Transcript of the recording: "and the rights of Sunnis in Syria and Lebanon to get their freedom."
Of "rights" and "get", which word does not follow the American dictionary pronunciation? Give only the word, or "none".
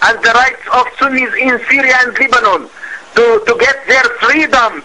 none